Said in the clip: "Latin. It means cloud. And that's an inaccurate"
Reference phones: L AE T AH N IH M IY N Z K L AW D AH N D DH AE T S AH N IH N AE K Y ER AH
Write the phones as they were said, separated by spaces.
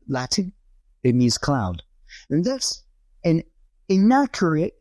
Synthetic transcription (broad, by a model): L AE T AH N IH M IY Z K L AW D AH N DH AE T S AH N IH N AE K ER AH